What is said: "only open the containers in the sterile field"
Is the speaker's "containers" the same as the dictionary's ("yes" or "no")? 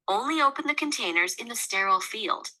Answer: yes